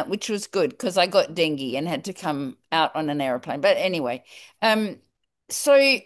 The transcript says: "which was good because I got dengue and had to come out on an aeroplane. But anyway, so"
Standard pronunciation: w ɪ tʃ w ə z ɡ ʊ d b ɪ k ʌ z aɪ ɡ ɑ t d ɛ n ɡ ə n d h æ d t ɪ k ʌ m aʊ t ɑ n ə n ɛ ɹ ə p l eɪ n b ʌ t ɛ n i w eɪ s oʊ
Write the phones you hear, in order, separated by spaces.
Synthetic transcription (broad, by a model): w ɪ tʃ w ə z ɡ ʊ d k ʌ z aɪ ɡ ɑ t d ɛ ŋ ɡ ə n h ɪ d t ɪ k ʌ m aʊ t n ə n ɛ ɹ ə p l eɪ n b ʌ t ɛ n i w eɪ s oʊ